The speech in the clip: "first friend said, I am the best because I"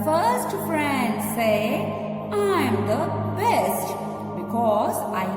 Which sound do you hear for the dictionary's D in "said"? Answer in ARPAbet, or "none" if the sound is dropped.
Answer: none